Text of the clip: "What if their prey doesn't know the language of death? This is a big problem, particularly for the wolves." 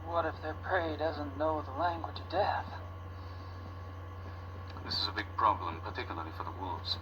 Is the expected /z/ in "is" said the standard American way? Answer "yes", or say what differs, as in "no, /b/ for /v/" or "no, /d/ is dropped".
yes